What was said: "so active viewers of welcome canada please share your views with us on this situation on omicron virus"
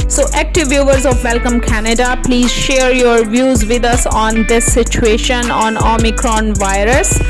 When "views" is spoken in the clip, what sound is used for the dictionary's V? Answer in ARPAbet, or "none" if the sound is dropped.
V